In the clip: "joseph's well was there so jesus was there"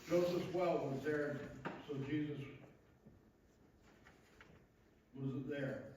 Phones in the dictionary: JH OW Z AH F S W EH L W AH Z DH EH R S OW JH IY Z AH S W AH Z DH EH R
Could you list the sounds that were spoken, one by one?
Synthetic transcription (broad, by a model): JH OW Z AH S W EH L W AH Z DH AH R S OW JH IY Z AH S W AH Z DH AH R